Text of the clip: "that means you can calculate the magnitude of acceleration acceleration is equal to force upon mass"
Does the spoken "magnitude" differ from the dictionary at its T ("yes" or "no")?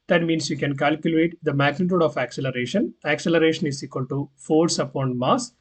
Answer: no